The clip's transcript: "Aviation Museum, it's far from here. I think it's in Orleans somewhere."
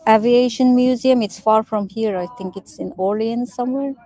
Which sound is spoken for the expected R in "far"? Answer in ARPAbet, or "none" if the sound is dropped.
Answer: R